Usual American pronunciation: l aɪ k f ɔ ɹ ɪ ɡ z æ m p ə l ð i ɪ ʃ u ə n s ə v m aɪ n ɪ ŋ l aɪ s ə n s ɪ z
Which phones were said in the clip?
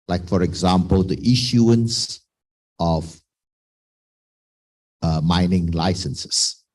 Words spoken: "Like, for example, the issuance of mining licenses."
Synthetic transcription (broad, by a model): l aɪ k f ɔ ɹ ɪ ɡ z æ m p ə l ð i ɪ ʃ u ə n s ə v m aɪ n ɪ ŋ l aɪ s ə n s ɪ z